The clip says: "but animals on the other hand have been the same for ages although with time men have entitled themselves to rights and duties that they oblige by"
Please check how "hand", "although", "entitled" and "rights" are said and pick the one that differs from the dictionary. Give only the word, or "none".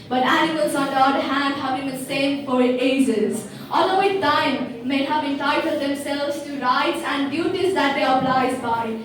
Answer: although